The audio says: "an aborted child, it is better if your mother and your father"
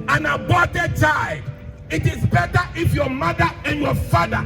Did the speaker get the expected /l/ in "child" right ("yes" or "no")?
no